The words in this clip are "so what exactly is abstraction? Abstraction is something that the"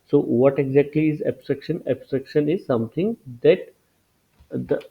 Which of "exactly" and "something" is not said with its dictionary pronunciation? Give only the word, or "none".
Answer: something